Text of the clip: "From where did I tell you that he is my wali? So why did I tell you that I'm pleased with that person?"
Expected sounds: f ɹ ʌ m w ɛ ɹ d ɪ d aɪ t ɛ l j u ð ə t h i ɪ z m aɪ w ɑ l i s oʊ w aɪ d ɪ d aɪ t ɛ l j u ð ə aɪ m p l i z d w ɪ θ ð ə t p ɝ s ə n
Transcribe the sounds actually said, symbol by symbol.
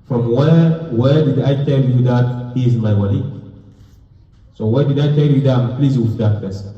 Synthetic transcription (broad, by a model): f ɹ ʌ m w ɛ w d ɪ d aɪ t ɛ l j u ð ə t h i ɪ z m aɪ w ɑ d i s oʊ w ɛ d ɪ d aɪ t ɛ l j u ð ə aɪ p l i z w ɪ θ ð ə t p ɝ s